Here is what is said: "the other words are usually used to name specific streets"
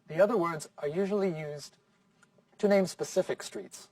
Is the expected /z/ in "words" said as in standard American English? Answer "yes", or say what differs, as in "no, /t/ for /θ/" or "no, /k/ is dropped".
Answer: yes